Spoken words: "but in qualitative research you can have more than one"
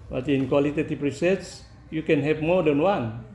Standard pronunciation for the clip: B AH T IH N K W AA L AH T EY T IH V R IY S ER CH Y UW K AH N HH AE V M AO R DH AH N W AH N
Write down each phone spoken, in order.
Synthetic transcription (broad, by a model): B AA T IH N K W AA L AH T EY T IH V R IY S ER S Y UW K AH N HH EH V M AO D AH N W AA N